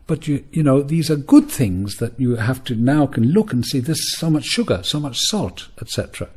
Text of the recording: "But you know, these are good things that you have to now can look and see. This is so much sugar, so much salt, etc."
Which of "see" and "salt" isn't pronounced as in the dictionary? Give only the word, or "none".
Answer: none